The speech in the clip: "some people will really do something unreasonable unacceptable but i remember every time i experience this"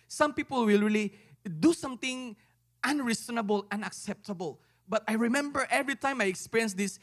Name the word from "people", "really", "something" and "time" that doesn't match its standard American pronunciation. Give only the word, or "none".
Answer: something